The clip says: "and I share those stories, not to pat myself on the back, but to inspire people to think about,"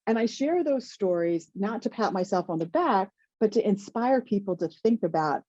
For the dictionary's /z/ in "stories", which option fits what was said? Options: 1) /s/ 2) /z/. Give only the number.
2